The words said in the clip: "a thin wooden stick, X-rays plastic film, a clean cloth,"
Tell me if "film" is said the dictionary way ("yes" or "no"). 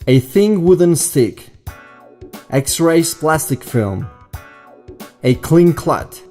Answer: yes